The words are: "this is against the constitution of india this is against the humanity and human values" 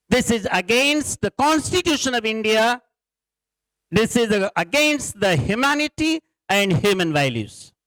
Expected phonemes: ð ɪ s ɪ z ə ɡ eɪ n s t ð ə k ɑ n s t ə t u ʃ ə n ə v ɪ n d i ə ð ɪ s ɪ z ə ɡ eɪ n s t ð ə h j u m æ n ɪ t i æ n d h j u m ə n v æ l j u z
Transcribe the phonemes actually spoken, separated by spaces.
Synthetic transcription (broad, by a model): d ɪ s ɪ z ə ɡ eɪ n s t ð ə k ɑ n s t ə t u ʃ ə n ə v ɪ n d i ə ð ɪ s ɪ z ə ɡ eɪ n s t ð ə h j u m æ n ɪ t i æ n d h j u m ə n v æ l j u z